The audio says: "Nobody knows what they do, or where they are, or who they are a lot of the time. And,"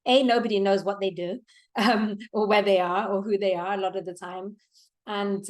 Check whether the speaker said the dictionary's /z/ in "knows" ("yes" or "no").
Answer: yes